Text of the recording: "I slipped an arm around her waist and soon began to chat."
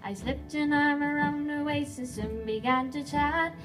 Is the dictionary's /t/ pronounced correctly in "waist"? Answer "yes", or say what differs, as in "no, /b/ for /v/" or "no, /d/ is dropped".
no, /t/ is dropped